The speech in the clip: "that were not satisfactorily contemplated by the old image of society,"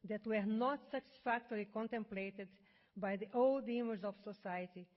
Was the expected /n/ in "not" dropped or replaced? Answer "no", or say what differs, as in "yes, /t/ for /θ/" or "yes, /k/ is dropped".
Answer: no